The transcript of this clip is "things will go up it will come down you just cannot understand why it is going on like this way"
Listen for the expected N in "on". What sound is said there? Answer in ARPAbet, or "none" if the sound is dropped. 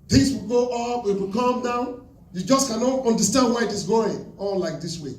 L